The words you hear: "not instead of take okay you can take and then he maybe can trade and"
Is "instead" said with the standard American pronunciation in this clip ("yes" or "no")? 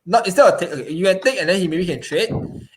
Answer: no